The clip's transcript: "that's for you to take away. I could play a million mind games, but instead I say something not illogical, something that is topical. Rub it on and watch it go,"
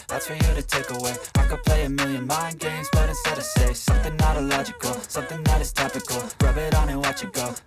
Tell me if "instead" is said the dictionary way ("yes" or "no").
no